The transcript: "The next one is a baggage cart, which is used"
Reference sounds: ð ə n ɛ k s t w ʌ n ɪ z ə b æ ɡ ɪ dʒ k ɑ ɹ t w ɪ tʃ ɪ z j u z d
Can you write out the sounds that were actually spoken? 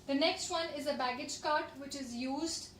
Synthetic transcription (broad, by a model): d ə n ɛ k s t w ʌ n ɪ z ə b æ ɡ ɪ dʒ k ɑ ɹ t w ɪ tʃ ɪ z j u z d